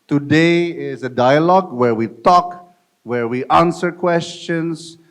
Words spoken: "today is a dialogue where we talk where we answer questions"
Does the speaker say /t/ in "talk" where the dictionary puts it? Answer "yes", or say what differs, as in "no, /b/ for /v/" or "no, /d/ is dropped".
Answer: yes